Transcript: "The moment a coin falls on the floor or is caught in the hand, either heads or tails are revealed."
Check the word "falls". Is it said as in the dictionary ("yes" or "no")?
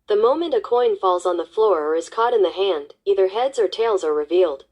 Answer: yes